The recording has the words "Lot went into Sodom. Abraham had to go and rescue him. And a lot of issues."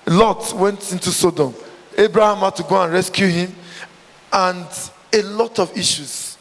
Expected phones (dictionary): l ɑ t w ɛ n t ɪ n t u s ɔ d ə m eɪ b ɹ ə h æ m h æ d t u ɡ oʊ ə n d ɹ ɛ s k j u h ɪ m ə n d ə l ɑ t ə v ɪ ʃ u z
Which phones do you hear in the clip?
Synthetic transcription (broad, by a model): l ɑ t w ɛ n t ɪ n t u s ɔ d ə m eɪ b ɹ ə h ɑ m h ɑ t u ɡ oʊ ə n ɹ ɛ s k j u h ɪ m ə n d ə l ɑ t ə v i ʃ u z